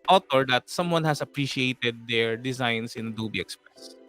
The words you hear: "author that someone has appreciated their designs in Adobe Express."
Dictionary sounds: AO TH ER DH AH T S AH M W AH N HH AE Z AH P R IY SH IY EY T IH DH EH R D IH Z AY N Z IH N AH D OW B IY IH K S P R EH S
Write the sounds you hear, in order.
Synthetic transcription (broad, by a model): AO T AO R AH T S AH M W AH N HH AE S AH P R IY SH IY EY T IH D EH R D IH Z AY N S IH N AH D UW B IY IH K S P R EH S